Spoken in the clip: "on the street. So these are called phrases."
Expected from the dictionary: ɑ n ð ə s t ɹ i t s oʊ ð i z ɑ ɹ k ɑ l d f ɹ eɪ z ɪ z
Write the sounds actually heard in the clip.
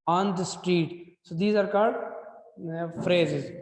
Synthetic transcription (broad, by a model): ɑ n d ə s t ɹ i t s oʊ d i z ɑ ɹ k ɑ l d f ɹ eɪ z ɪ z